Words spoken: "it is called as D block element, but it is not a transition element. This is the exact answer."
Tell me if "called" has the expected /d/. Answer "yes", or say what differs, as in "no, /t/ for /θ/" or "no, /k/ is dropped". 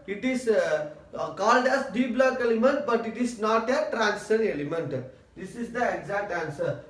yes